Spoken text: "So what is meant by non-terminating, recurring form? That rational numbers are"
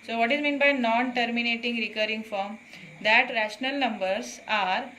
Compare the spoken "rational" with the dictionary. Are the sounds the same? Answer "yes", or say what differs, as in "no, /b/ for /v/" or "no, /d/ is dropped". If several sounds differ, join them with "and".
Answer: yes